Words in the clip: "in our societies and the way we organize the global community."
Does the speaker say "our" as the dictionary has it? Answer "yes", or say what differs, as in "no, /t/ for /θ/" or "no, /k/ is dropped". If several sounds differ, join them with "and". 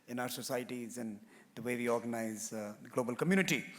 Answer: yes